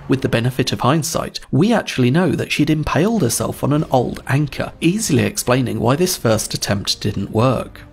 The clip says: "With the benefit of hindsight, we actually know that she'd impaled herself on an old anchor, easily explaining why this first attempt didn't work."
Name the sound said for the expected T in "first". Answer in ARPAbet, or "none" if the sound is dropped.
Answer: T